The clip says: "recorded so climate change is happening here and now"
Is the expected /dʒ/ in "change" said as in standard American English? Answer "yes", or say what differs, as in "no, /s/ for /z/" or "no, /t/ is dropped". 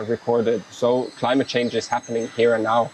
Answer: yes